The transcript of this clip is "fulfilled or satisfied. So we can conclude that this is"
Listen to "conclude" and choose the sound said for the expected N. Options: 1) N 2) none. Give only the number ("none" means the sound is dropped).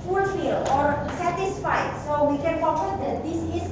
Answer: 2